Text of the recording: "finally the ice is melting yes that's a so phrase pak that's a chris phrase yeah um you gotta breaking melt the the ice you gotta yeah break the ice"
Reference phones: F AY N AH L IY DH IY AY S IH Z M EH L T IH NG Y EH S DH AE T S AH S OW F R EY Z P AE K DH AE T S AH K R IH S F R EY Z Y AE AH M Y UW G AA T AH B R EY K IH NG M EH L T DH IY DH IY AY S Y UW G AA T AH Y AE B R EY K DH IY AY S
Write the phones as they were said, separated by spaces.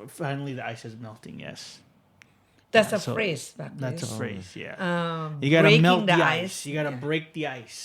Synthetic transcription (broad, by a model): F AY N L IY DH IY AY S IH Z M EH L T IH NG Y EH S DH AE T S AH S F R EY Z B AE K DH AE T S AH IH F R EY Z Y AE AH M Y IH G AA T AH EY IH M EH L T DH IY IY AY S Y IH G AA T AH B R EY K DH IY AY S